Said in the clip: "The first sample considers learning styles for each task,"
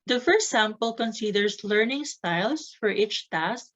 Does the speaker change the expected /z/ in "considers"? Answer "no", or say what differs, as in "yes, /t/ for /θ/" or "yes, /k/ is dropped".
yes, /s/ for /z/